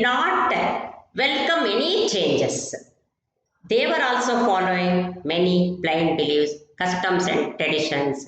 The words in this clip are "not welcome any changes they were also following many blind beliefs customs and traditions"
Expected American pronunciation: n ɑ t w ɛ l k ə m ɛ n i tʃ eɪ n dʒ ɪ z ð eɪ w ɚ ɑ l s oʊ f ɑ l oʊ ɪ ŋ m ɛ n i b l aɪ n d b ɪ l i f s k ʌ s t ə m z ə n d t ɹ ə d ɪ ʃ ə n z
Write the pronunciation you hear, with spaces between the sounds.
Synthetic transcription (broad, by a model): n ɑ t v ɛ l k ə m ɛ n i tʃ eɪ n dʒ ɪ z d eɪ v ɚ ɑ l s oʊ f ɑ l oʊ ɪ ŋ m ɛ n i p l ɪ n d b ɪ l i s k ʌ s t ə m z ə n d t ɹ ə d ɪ ʃ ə n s